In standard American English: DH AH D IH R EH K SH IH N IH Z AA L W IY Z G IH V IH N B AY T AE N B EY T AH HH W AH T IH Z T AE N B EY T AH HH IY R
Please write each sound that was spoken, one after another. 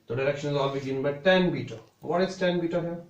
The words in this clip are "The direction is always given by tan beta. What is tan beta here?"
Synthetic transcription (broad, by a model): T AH D IH R EH K SH IH N IH Z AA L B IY G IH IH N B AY T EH N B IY T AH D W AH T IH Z T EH N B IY T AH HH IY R